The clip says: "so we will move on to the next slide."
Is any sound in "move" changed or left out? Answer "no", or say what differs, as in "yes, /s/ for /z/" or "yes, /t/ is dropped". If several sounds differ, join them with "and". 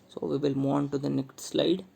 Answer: yes, /v/ is dropped